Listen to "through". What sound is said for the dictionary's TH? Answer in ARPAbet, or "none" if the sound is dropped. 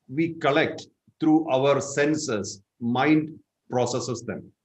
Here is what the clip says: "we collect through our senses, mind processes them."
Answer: T